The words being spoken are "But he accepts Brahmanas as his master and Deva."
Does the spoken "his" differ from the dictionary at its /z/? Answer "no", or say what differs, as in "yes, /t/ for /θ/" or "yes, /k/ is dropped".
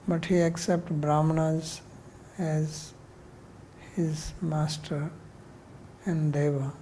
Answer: no